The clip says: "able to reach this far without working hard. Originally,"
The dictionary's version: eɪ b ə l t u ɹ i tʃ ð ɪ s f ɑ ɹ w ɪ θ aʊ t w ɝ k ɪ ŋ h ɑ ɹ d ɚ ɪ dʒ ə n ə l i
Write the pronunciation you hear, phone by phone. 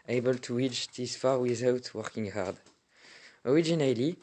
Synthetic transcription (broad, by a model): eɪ b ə l t u w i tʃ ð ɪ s f ɑ ɹ w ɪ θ aʊ t w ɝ k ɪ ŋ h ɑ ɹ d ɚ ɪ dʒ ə n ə l i